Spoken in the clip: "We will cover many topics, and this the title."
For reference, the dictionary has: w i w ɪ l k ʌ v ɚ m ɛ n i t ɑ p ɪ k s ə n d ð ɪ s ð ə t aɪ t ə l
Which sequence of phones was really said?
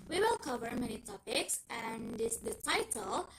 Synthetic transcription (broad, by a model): w i w ɪ l k ʌ v ɚ m ɛ n i t ɑ p ɪ k s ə n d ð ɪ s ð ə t aɪ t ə l